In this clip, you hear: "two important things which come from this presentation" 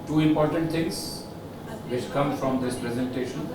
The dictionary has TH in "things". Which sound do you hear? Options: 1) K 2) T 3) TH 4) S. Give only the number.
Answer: 2